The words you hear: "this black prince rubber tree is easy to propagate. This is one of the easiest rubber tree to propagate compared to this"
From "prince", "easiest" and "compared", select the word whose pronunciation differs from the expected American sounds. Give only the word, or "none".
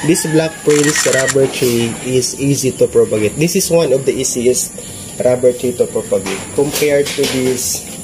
easiest